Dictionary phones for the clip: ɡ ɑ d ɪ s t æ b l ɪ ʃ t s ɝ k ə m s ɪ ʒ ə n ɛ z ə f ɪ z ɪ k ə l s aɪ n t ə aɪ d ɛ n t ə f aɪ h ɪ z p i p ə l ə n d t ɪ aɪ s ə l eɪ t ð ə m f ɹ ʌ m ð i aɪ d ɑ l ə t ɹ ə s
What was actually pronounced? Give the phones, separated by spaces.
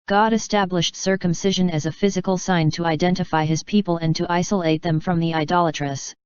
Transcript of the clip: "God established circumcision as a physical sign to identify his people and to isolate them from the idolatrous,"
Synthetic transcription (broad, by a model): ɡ ɑ d ɪ s t æ b l ɪ ʃ t s ɝ k ə m s ɪ ʒ ə n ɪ z ə f ɪ z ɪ k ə l s aɪ n t ə aɪ d ɛ n t ə f aɪ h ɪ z p i p ə l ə n t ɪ aɪ s ə l eɪ t ð ə m f ɹ ʌ m ð i aɪ d ɑ l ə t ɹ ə s